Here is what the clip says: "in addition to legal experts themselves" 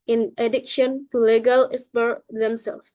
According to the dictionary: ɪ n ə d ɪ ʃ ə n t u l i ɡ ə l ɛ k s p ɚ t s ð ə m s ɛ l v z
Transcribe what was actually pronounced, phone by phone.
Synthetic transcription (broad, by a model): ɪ n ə d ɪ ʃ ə n t u l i ɡ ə l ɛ s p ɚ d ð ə m s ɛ l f